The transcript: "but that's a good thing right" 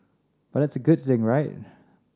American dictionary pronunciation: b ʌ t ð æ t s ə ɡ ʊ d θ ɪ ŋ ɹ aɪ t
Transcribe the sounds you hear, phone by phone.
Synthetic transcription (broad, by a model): b ʌ t ð æ t s ə ɡ ʊ d θ ɪ ŋ ɹ aɪ t